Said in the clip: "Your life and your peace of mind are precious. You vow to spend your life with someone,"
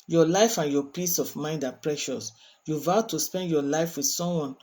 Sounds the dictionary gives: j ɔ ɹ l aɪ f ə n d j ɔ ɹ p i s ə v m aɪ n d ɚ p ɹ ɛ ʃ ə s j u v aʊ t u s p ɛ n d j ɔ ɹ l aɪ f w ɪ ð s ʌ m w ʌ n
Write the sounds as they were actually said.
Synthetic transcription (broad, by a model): j ɔ l aɪ f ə n j ɔ p i s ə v m aɪ n d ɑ p ɹ ɛ ʃ ə s j u v aʊ t u s p ɛ n d j ɔ l aɪ f w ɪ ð s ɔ m w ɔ n